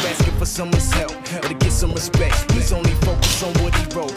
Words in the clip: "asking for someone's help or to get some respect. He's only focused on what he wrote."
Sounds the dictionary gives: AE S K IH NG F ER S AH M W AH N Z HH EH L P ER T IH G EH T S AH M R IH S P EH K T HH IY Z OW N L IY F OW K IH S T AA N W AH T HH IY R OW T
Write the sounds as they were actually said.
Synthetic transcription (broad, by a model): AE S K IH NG F ER S AH M W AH N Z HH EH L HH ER T IH G EH T S AH M W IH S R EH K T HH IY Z OW N L IY F OW K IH S AA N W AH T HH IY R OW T